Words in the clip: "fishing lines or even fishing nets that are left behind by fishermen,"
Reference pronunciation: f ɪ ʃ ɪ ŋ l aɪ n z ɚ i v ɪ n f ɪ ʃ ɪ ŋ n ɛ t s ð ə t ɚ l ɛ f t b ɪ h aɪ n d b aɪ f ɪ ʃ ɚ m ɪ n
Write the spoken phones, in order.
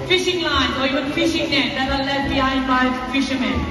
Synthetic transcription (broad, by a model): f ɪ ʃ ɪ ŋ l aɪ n ɚ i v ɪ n f ɪ ʃ ɪ ŋ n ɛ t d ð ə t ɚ l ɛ t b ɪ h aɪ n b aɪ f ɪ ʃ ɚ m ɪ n